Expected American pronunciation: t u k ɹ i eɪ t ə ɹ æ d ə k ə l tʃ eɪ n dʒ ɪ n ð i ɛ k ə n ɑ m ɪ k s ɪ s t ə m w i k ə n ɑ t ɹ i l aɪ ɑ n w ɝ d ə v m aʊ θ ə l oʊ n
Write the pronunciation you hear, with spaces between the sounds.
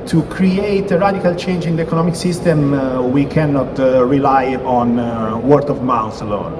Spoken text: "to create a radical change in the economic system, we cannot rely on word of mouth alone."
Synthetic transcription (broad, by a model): t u k ɹ i eɪ t ə ɹ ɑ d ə k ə l tʃ eɪ n dʒ ɪ n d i ɛ k ə n ɑ m ɪ k s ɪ s t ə m w i k ə n ɑ t ɹ i l aɪ ɑ n w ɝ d ə v m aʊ s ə l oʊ n